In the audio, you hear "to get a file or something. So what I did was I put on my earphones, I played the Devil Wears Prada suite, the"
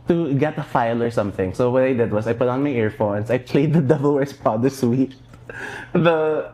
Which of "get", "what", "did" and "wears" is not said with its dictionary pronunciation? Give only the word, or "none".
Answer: wears